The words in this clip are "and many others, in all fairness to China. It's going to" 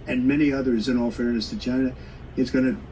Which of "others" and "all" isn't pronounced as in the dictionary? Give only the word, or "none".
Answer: none